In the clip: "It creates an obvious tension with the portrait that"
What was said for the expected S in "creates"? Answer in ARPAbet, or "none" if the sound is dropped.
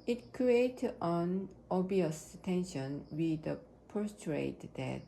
none